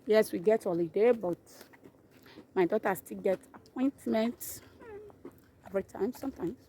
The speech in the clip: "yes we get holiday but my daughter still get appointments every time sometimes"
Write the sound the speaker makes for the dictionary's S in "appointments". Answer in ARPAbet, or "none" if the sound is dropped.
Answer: none